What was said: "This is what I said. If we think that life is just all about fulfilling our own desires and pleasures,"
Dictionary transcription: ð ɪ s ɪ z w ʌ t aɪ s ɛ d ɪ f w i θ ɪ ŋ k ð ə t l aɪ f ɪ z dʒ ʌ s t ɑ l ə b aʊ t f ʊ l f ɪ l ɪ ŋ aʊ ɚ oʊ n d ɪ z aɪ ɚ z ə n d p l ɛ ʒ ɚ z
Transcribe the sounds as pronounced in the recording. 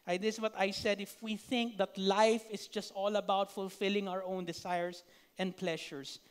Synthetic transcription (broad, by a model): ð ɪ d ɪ s w ʌ t aɪ s ɛ d ɪ f w i θ ɪ ŋ k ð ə t l aɪ f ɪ s dʒ ʌ s t ɑ l ə b aʊ t f ʊ l f ɪ l ɪ ŋ aʊ ɚ oʊ n d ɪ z aɪ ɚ s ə n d p l ɛ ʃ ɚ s